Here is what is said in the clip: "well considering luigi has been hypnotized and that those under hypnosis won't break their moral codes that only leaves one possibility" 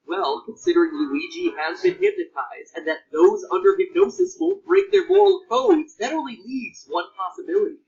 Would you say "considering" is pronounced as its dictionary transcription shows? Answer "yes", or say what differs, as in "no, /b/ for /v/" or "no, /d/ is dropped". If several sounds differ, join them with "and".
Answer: yes